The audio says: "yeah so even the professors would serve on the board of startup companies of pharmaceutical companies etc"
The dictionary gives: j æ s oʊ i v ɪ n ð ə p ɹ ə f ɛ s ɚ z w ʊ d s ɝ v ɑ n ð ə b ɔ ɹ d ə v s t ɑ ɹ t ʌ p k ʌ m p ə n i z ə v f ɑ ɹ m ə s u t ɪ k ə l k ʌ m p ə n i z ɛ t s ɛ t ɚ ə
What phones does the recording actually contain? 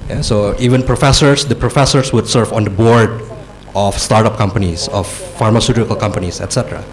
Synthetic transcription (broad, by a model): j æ s oʊ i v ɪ n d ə p ɹ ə f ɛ s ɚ s w ʊ d s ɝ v ɑ n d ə b ɔ ɹ d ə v s t ɑ ɹ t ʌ p k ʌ m p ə n i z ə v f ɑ ɹ m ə s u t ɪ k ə l k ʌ m p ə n i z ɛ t s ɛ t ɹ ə